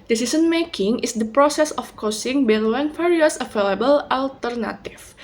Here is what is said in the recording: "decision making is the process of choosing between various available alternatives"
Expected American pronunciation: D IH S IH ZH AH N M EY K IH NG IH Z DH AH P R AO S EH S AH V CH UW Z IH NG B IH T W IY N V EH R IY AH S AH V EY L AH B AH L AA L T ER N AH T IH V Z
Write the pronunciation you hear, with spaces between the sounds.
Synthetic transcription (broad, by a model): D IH S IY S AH N M EY K IH NG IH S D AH P R AO S EH S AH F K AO S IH NG B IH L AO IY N F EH R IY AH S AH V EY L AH B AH L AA L T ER N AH T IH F